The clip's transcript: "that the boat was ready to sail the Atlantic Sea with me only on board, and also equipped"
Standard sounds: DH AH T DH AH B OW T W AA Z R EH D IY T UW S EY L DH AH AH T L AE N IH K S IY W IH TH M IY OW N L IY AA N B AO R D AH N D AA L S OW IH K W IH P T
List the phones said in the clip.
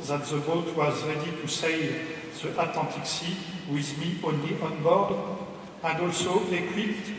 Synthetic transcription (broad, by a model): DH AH T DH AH B OW T W AA Z R EH D IY T UW S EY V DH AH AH T L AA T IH K S IY W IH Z M IY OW N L IY AA N B AO R D AH N D AA L S OW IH K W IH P T